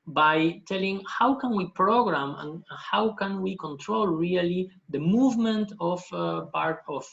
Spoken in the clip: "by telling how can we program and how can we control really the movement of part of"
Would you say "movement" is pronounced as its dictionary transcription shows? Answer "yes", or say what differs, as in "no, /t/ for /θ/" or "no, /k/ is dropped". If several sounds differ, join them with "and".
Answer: yes